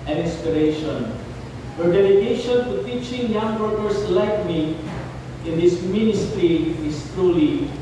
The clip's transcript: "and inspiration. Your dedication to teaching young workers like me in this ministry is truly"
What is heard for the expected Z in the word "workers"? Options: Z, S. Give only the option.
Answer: S